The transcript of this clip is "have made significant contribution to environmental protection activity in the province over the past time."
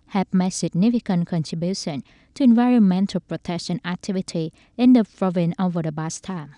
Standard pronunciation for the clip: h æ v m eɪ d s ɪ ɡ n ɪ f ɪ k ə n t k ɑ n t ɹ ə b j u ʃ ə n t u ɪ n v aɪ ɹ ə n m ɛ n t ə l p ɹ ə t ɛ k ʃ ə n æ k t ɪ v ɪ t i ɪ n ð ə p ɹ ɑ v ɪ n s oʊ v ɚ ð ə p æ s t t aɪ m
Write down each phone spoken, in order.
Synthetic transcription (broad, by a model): h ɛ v m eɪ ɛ s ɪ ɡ n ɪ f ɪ k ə n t k ɑ n t ɹ ə b j u ʃ ə n t u ɪ n v aɪ ɹ ə n m ɛ n t ə l p ɹ ə t ɛ k ʃ ə n æ k t ɪ v ɪ t i ɪ n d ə p ɹ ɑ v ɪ n oʊ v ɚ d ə b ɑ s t t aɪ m